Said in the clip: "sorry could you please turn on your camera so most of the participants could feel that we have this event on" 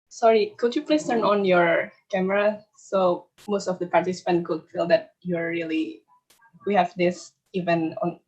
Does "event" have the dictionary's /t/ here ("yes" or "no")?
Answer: no